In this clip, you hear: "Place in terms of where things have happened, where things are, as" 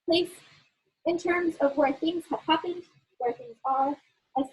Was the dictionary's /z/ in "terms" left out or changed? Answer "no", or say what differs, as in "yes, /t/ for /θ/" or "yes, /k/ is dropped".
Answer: no